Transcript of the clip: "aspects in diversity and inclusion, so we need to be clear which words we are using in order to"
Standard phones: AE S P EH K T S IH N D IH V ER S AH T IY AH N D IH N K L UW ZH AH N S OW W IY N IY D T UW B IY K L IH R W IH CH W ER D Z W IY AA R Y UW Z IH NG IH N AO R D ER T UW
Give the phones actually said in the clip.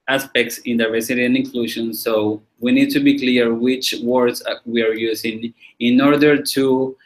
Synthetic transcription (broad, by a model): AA S P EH K T S IH N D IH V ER S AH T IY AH N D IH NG K L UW SH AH N S OW W IY N IY D T UW B IY K L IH R W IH CH W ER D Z W IY AA R Y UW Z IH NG IH N AO R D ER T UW